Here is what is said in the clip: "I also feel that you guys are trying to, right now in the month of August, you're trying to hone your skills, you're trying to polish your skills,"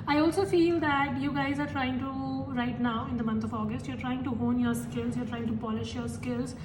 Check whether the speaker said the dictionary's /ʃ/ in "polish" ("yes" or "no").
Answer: yes